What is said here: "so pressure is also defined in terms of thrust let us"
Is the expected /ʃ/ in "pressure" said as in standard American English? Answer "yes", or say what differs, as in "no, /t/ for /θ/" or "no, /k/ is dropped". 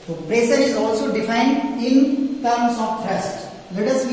no, /s/ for /ʃ/